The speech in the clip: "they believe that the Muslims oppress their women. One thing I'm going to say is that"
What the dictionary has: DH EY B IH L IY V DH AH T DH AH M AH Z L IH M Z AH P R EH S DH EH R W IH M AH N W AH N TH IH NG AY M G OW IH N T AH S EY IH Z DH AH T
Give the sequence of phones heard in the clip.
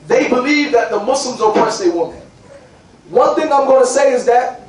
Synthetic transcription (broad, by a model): DH EY B IH L IY V DH AH T DH AH M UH S L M Z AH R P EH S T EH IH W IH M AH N W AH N TH IH NG AY M G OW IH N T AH S EY IH Z DH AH T